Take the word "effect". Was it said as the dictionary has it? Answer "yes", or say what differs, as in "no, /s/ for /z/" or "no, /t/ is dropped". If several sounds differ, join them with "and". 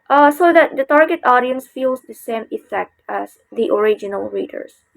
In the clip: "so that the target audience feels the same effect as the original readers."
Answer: yes